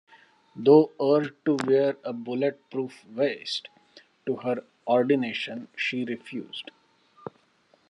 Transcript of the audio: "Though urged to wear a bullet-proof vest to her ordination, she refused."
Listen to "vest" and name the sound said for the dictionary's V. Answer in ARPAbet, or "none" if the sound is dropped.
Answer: V